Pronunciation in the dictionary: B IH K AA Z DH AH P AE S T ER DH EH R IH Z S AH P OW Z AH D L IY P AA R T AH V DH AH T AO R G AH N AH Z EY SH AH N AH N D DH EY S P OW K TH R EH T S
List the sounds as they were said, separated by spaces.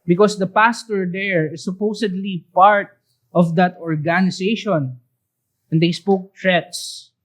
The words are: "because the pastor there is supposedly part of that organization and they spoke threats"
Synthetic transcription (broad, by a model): B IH K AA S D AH P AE S T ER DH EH R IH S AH P OW S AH D L IY P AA R T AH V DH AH T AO R G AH N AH S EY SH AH N AH N D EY S P OW K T R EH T S